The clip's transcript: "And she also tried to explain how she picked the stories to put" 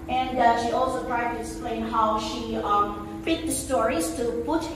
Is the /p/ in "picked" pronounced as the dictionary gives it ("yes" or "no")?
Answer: no